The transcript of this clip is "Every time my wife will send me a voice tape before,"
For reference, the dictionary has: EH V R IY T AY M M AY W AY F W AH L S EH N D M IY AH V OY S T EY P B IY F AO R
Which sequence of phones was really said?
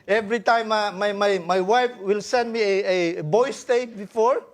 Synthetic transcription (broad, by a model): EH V R IY T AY M M AY W AY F W AH L S EH N D M IY AH B OY S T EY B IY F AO R